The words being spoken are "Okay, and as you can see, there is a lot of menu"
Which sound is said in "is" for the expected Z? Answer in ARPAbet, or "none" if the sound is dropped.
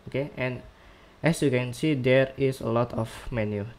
S